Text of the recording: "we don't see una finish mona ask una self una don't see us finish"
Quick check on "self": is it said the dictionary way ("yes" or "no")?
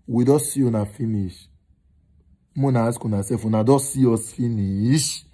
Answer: no